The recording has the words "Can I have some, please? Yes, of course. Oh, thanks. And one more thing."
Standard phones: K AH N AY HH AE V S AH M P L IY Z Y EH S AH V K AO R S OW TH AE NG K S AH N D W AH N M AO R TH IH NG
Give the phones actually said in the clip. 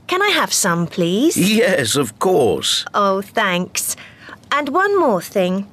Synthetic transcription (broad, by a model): K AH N AY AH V S AH M P L IY Z Y EH S AH V K AO R S OW TH AE NG K S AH N W AH N M AO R TH IH NG